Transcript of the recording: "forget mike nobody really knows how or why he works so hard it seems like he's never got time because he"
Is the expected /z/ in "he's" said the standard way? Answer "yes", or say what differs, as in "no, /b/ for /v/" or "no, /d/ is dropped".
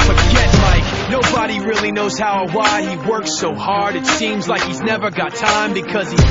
yes